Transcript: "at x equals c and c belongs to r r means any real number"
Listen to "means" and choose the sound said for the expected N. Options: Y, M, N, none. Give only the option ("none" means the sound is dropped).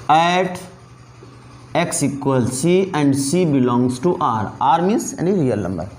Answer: none